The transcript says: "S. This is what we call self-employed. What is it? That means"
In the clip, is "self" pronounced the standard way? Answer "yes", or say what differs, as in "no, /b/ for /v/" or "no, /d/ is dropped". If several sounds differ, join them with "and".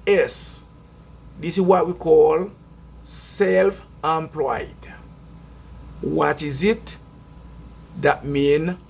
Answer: yes